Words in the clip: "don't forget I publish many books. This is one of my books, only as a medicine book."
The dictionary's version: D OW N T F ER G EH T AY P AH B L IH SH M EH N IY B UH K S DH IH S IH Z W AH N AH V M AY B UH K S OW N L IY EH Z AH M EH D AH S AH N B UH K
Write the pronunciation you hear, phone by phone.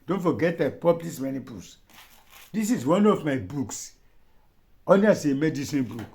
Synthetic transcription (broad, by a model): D OW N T F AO G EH T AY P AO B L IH S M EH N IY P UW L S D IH S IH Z W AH N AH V M AY B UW K S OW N IY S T AH M EH D AH S AH N B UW K